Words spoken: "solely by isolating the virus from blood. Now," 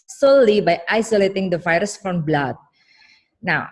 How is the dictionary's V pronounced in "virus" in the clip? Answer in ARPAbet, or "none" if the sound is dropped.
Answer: F